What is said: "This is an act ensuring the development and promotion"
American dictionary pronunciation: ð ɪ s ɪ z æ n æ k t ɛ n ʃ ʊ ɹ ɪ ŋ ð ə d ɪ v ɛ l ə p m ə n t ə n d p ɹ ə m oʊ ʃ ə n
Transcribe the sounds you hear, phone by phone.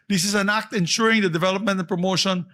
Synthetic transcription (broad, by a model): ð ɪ s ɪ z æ n æ k t ɛ n ʃ ʊ ɹ ɪ ŋ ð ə d ɪ v ɛ l ə p m ə n t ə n p ɹ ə m oʊ ʃ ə n